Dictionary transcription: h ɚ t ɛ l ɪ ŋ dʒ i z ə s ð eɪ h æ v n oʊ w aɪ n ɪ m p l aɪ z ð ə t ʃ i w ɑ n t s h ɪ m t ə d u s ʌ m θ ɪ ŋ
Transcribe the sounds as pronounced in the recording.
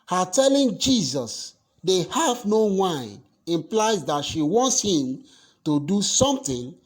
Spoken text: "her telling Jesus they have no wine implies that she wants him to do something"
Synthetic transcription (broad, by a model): h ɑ t ɛ l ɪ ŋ dʒ i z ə s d eɪ h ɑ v n oʊ w aɪ ɪ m p l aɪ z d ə t ʃ i w ɑ n t s h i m t ə d u s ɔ m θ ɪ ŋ